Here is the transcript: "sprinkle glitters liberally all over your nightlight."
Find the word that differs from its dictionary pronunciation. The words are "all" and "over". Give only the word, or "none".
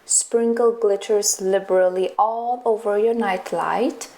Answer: none